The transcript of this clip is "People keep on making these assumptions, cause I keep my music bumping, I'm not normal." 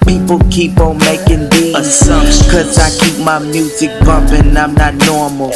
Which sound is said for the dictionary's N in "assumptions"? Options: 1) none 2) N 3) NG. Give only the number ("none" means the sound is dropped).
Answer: 1